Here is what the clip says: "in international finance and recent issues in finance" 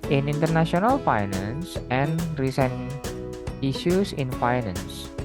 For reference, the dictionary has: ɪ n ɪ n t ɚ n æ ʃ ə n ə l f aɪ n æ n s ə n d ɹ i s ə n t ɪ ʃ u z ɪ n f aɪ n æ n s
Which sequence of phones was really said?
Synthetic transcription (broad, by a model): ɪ n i n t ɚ n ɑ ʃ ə n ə l f aɪ n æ n s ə n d ɹ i s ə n i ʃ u s ɪ n f aɪ n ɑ n s